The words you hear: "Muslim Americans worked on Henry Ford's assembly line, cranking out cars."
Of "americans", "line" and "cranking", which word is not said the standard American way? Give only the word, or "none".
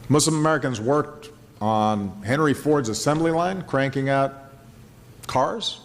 none